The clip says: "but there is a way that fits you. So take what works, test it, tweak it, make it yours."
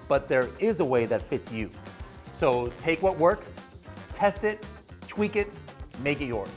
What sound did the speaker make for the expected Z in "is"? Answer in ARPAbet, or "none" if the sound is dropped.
Z